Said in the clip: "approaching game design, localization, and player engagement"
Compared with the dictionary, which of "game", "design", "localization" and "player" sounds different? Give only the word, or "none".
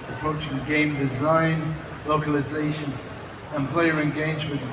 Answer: none